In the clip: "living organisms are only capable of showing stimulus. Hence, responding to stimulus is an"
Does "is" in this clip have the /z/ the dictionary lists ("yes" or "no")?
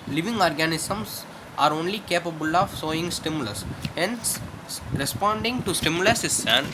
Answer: no